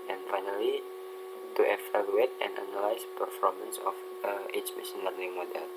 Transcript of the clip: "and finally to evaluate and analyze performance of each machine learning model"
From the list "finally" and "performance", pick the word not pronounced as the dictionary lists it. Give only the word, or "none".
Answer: none